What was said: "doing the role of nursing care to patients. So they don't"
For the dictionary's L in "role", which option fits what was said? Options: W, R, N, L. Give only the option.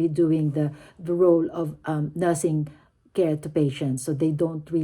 L